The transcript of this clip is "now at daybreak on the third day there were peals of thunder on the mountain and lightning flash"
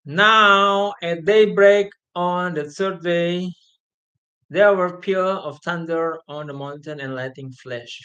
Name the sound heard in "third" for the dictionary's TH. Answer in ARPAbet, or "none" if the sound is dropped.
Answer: S